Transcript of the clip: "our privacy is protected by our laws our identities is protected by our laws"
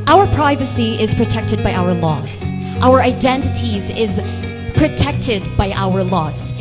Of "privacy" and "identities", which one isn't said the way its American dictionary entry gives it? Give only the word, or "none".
none